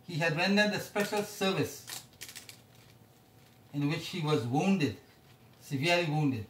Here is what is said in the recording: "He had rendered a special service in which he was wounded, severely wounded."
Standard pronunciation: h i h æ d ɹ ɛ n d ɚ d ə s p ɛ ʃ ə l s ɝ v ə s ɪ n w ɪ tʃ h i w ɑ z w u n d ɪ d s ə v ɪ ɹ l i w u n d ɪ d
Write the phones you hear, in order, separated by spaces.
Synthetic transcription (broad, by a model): h i h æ d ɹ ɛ n d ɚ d ə s p ɛ ʃ ə l s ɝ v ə s ɪ n w ɪ tʃ h i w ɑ z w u n d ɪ d s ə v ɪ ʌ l i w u n d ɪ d